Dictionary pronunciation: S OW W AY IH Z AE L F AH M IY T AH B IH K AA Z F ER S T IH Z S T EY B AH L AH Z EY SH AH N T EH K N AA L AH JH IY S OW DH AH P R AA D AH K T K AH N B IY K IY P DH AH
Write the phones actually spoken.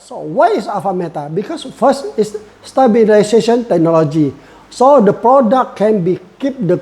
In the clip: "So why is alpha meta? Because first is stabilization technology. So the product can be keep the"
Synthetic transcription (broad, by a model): S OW W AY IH S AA F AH M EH T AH B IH K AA S F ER S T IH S S T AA B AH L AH S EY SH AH N T EH K N AA L AH JH IY S OW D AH P R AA D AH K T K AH N B IY K IY P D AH